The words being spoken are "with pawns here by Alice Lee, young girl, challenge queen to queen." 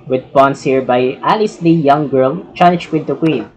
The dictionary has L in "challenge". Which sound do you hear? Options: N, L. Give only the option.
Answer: N